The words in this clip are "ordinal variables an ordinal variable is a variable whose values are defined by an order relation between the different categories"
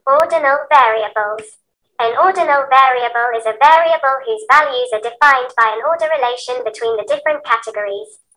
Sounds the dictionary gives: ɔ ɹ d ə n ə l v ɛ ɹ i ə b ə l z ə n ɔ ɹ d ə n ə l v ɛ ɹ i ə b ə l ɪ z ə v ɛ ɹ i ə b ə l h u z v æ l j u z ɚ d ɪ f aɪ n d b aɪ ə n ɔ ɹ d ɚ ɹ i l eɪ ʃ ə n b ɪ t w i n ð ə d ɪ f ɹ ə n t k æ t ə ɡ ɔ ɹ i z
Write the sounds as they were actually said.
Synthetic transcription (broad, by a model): ɔ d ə n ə l v ɛ ɹ i ə b ə l z ə n ɔ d n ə l v ɛ ɹ i ə b ə l ɪ z ə v ɛ ɹ i ə b ə l h u z v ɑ l j u z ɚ d ɪ f aɪ n b aɪ ə n ɔ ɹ d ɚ ɹ i l eɪ ʃ ə n b ɪ t w i n ð ə d ɪ f ɹ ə n k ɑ t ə ɡ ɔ ɹ i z